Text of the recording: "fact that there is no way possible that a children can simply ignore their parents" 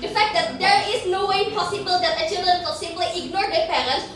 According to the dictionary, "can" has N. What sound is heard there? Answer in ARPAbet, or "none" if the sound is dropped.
L